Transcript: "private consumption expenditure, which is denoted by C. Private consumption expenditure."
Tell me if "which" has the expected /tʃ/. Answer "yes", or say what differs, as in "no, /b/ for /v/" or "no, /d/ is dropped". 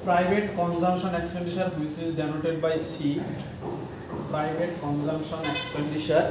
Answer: no, /s/ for /tʃ/